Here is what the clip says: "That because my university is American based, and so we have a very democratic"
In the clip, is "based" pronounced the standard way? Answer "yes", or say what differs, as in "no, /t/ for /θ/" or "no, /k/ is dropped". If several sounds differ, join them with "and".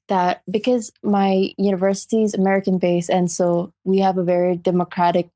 no, /t/ is dropped